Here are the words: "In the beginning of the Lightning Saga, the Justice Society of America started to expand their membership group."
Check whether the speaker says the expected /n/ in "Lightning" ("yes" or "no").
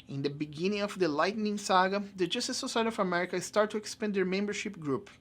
yes